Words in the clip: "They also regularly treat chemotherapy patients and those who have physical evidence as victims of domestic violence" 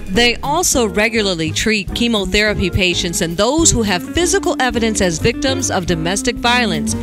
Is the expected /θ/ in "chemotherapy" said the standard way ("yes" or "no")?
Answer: yes